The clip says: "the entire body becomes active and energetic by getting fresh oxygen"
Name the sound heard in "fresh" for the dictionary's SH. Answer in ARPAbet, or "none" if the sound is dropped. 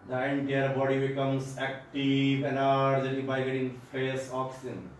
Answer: S